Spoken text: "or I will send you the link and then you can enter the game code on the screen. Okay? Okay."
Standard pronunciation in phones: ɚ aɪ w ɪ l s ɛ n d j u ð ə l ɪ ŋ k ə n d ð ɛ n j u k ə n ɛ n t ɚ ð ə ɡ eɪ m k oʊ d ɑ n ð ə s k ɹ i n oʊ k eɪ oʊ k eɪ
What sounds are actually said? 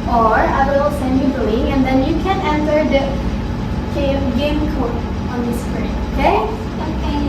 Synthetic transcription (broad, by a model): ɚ aɪ w ɪ l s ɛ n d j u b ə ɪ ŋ ə n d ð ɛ n j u k ə n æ n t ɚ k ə ɡ eɪ m k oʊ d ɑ n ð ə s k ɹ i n oʊ k eɪ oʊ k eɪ